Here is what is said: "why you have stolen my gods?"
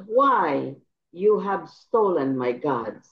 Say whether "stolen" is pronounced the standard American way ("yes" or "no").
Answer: yes